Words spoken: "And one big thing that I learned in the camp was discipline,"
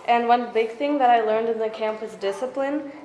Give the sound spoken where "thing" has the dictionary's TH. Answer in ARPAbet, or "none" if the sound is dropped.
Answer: TH